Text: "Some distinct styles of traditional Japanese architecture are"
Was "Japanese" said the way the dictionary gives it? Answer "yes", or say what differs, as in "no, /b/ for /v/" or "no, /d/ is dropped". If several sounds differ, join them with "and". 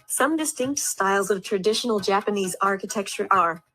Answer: yes